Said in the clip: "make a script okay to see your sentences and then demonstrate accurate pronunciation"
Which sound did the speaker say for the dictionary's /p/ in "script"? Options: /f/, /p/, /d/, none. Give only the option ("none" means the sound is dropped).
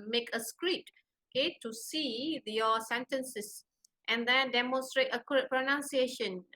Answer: none